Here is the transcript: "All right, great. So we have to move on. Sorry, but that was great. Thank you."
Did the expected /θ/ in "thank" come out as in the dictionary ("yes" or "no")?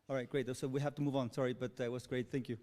yes